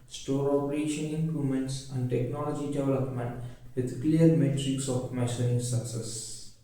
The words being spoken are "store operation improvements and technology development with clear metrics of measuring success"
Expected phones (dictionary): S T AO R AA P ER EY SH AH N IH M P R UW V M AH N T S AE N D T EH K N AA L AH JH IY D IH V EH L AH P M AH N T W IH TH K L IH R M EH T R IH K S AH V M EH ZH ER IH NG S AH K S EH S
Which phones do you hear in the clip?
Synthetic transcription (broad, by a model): S T AO R AA P ER EY SH AH N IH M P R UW M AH N T S AE N D T EH K N AA L AH JH IY D IH V EH L AH P M AH N T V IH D K L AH R M EH T R IH K S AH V M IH S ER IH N S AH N S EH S